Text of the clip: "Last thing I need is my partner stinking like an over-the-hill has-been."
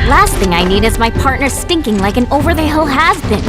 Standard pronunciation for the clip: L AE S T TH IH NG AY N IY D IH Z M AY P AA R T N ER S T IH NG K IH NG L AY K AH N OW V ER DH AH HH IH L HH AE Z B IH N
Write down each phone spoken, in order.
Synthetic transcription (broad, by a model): L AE S T TH IH NG AY N IY D IH Z M AY P AA R T N ER S T IH NG K IH NG L AY K AH N OW V ER DH AH HH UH L HH AE Z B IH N